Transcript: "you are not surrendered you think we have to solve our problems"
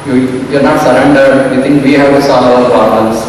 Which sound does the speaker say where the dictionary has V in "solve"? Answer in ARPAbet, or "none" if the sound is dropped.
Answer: none